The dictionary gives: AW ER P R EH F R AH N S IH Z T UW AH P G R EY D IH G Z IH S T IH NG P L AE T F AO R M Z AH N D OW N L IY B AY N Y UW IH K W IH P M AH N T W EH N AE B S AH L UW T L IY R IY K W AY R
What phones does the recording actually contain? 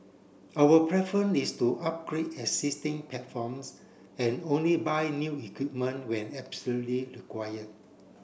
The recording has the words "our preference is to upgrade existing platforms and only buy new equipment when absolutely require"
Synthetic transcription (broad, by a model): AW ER P R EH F R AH N IH S T UW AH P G R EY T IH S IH S T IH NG P L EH T F AO M S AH N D OW N L IY B AY N Y UW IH K W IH P M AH N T W EH N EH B S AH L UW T L IY R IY K W AY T